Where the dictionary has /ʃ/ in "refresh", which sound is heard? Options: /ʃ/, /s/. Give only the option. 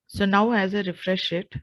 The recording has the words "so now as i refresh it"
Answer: /ʃ/